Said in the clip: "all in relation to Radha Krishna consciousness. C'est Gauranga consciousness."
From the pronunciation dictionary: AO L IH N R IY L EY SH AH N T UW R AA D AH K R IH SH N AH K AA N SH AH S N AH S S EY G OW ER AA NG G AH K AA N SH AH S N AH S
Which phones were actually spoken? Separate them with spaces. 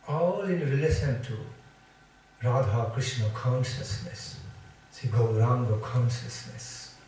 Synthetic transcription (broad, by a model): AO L IH N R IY L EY S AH N T UW R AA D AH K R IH S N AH K AA N SH AH S N AH S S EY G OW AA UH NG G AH K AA N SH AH S N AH S